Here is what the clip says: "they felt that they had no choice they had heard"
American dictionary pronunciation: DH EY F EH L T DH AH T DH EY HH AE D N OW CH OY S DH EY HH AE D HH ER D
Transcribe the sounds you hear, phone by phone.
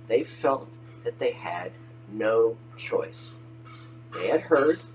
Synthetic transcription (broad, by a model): DH EY F EH L T DH AH T DH EY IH D N OW CH OY S DH EY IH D HH ER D